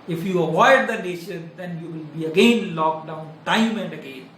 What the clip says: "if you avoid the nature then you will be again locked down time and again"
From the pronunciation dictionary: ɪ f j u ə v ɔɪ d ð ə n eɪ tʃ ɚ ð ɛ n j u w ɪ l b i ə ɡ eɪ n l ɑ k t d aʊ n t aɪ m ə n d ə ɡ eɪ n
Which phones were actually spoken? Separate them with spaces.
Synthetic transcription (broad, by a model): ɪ f j u ə v ɔɪ d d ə n eɪ ʃ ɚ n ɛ n j u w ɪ l b i ə ɡ eɪ n l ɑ k d aʊ n t aɪ m ə n d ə ɡ eɪ n